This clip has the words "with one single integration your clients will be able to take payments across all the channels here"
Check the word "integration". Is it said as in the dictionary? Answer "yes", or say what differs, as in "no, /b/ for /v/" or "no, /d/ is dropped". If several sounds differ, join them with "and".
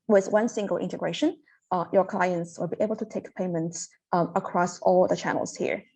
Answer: yes